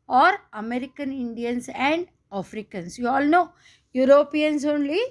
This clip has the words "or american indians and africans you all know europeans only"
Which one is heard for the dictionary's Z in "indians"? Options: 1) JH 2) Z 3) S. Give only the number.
3